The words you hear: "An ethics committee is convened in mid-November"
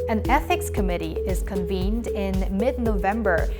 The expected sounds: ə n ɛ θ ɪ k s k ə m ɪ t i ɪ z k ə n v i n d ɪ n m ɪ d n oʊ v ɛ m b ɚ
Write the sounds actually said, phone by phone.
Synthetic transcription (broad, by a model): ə n ɛ θ ɪ k s k ə m ɪ t i ɪ z k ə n v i n d ɪ n m ɪ d n oʊ v ɛ m b ɚ